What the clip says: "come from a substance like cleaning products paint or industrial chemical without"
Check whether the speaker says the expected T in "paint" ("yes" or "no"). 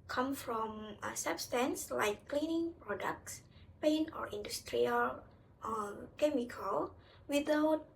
no